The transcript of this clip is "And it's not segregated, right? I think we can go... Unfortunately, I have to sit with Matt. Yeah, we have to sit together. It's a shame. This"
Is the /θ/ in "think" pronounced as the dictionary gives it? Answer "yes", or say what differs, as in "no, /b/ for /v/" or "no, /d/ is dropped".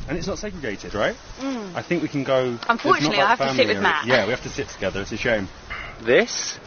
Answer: yes